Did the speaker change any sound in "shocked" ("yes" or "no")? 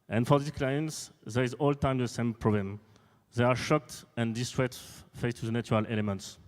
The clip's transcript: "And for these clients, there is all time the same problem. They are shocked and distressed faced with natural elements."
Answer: no